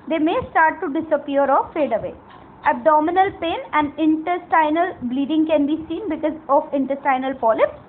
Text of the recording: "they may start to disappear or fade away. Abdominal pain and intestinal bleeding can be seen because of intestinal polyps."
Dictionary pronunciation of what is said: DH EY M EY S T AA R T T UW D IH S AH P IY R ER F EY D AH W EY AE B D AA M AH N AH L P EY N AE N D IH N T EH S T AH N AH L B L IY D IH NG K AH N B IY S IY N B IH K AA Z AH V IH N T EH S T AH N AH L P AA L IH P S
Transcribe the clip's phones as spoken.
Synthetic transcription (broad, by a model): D EY M EY S T AA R T T UW D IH S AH P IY R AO F EY D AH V EY AE B D AA M AH N AH L P EY N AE N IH N T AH S T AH N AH L B L IY D IH NG K AH N B IY S IY N B IH K AA Z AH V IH N T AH S T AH N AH L P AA L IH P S